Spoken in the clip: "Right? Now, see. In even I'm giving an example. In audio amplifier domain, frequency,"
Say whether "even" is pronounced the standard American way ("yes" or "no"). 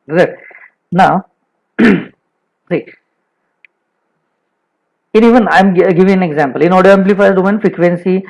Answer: yes